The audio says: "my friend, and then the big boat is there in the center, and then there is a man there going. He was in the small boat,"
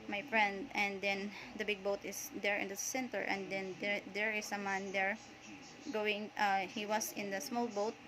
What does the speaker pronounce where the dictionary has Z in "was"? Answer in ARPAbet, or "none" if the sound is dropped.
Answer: S